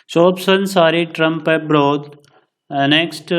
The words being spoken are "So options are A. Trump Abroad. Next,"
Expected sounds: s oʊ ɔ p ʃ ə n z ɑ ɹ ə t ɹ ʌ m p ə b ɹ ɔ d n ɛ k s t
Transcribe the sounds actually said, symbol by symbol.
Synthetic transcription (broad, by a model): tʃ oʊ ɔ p s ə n s ɑ ɹ ə t ɹ ʌ m p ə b ɹ ɔ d n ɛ k s t